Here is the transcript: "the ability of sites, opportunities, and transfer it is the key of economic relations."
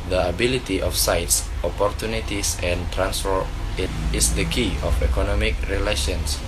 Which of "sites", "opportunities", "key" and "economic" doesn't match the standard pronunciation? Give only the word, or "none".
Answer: opportunities